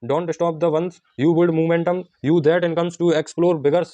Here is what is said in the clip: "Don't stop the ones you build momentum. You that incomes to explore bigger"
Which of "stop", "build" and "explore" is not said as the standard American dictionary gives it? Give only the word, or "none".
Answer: build